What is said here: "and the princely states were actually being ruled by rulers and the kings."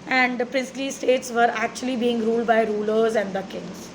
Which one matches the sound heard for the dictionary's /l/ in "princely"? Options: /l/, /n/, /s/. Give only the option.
/l/